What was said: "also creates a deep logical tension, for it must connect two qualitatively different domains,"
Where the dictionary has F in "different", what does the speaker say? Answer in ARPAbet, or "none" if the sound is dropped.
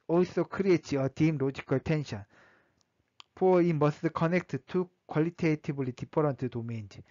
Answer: P